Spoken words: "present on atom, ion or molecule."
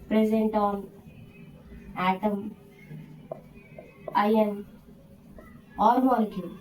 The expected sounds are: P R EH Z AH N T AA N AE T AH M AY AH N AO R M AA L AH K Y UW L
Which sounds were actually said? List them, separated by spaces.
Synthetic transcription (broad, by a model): P R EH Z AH N T AA N AE T AH M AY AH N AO L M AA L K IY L